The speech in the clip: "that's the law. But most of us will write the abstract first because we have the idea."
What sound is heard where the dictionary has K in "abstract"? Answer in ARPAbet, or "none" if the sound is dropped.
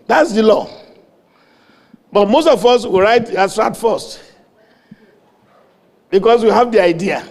none